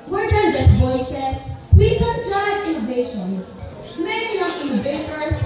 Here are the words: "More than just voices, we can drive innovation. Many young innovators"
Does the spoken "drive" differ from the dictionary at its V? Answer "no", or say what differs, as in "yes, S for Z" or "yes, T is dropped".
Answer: yes, V is dropped